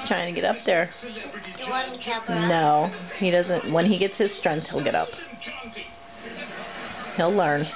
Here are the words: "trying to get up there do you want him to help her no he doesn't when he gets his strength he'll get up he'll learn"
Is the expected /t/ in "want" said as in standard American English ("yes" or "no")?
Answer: no